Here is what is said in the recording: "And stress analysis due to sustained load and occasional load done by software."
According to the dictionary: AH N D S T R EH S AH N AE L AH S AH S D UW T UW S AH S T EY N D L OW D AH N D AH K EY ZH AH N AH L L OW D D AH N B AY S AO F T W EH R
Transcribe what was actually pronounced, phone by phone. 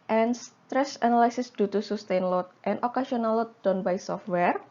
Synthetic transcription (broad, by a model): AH N S T R EH S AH N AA L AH S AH S D UW T UW S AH S T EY N L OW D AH N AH K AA S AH N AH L L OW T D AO N B AY S AO F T W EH R